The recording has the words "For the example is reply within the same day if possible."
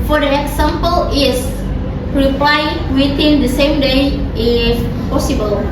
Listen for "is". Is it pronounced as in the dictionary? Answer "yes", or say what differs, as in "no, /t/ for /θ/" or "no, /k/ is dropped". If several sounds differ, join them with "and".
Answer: no, /s/ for /z/